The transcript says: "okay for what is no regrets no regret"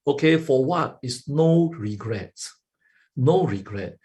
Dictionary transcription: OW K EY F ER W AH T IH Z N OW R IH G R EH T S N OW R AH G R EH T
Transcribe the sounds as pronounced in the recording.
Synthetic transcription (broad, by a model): OW K EY F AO W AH T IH S N OW R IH G R EH T N OW R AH G R EH T